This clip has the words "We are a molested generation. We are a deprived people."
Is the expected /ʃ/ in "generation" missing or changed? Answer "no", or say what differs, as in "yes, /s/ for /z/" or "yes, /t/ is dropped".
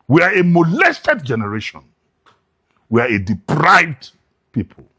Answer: no